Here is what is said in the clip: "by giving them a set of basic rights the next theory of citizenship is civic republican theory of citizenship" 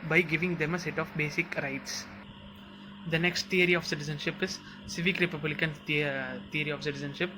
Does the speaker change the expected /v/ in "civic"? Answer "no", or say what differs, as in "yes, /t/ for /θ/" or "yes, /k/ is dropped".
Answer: no